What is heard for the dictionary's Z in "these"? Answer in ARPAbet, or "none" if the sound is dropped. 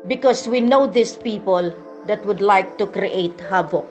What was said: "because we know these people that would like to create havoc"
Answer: S